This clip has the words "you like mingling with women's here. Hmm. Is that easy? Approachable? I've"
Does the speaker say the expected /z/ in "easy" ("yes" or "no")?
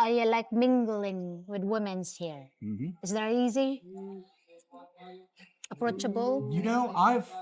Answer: yes